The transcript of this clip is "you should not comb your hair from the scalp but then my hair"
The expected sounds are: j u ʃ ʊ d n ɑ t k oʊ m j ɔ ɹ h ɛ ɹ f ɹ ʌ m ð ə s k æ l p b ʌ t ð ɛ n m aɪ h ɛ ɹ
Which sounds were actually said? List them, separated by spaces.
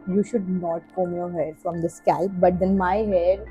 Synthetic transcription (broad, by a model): j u ʃ ʊ d n ɑ t k oʊ m j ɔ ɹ h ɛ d f ɹ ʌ m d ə s k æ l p b ʌ t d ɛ n m aɪ h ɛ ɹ